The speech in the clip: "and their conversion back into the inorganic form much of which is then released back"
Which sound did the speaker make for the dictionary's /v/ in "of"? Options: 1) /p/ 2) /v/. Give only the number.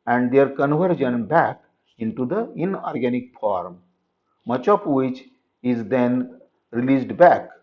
1